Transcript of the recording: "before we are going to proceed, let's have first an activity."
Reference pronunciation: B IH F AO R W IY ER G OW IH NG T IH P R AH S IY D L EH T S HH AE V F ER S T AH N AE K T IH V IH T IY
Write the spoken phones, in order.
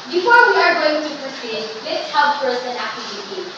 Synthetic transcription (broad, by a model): B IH F AO R W IY ER G OW IH NG T IH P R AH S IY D L EH T S HH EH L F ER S AH N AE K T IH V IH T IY